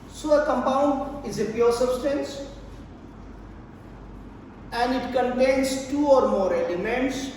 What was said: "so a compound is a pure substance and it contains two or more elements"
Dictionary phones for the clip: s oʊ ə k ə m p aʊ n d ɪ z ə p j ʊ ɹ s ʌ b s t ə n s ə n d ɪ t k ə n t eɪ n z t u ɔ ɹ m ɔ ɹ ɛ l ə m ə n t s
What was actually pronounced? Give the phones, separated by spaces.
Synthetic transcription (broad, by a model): s oʊ ə k ə m p aʊ n d ɪ z ə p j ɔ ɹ s ʌ b s t ə n s ə n d ɪ t k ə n t eɪ n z t u ɔ ɹ m ɔ ɹ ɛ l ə m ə n t s